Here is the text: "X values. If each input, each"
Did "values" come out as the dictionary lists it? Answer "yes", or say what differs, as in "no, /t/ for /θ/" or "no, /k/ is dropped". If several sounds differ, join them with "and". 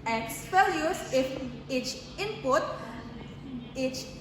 no, /p/ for /v/